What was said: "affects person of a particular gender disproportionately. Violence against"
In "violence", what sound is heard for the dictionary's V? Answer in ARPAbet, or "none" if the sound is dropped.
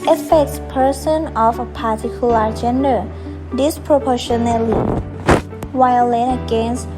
W